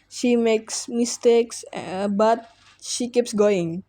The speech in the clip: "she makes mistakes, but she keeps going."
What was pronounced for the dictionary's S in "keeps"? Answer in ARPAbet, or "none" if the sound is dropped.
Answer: S